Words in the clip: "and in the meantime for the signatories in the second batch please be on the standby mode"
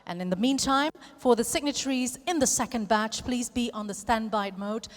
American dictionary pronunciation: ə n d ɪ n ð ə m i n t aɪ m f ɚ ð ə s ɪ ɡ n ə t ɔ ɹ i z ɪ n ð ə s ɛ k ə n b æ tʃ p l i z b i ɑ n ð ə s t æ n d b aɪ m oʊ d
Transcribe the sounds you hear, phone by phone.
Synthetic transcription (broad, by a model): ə n ɪ n ð ə m i n t aɪ m f ɚ ð ə s ɪ ɡ n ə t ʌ ɹ i z ɪ n ð ə s ɛ k ə n b æ tʃ p l i z b i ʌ n ð ə s t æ n b aɪ m oʊ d